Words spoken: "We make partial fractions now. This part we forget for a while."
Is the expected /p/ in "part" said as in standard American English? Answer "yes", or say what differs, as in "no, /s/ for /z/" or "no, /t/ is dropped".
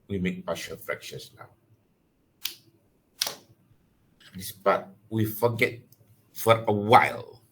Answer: no, /b/ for /p/